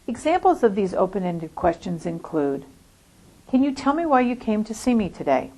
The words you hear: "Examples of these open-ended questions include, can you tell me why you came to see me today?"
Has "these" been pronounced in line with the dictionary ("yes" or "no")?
yes